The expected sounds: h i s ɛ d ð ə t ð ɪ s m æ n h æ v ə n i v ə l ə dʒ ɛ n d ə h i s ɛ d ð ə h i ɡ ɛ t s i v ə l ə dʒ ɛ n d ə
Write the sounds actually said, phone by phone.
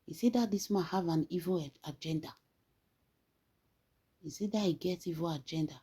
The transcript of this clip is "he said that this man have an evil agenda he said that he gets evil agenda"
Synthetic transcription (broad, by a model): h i s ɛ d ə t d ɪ s m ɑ n h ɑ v ə n i v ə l ə dʒ ɛ n d ə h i s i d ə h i ɡ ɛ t i v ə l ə dʒ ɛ n d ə